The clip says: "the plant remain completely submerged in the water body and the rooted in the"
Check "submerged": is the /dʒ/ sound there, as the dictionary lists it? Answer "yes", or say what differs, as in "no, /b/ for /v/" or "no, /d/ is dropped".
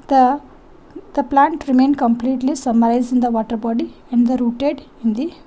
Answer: no, /z/ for /dʒ/